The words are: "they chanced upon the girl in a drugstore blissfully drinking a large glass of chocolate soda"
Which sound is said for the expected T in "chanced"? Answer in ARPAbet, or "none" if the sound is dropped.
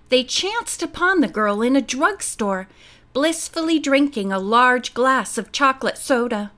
T